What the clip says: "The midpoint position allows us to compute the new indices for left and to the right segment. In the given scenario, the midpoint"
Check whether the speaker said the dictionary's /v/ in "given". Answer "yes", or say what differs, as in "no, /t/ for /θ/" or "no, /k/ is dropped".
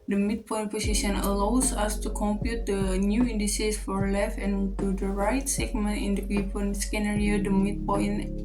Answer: no, /p/ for /v/